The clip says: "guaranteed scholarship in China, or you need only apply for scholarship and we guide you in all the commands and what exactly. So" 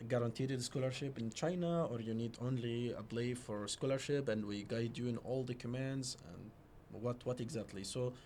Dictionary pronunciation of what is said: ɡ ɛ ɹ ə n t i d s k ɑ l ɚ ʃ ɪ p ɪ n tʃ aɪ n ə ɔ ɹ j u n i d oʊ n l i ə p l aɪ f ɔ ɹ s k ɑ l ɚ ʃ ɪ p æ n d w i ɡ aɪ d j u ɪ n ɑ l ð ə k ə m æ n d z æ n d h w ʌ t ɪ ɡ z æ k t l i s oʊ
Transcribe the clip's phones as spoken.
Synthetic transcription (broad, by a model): ɡ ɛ ɹ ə n t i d s k ɑ l ɚ ʃ ɪ p ɪ n tʃ aɪ n ə ɔ ɹ j u n i d oʊ n l i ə b l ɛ f ɔ ɹ s k ɑ l ɚ ʃ ɪ p æ n d w i ɡ aɪ d j u ɪ n ɑ l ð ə k ə m æ n d z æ n d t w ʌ t ɪ ɡ z æ k t l i s oʊ